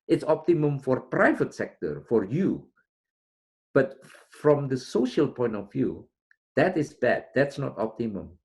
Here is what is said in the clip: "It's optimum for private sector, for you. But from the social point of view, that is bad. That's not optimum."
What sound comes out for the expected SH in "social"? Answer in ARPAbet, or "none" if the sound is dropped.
SH